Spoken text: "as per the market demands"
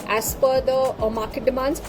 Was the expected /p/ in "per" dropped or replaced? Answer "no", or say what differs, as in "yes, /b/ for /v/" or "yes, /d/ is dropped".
yes, /f/ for /p/